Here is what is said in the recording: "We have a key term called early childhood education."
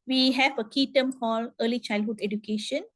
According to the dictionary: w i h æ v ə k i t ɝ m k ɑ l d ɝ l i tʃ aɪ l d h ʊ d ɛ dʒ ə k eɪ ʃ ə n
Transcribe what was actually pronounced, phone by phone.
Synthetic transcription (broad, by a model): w i h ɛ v ə k i t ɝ m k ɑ l ɝ l i tʃ aɪ l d h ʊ d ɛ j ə k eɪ ʃ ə n